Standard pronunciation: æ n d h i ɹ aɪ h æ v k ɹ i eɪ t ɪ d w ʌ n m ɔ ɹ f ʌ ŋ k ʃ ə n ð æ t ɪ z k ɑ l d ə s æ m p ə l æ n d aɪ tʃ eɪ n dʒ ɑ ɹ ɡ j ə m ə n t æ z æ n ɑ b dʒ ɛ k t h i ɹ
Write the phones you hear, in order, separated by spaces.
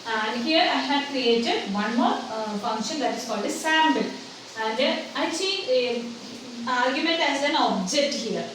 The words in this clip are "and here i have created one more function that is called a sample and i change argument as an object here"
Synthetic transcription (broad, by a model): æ n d h i ɹ aɪ h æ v k ɹ i eɪ t ɪ d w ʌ n m ɔ ɹ f ʌ ŋ k ʃ ə n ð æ t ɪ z k ɑ l d ə s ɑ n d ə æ n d aɪ s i ɑ ɹ ɡ j ə m ə n t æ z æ n ɑ b dʒ ɛ k t h i ɹ